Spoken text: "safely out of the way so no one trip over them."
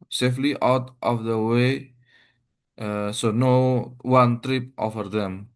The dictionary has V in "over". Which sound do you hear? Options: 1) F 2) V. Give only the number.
1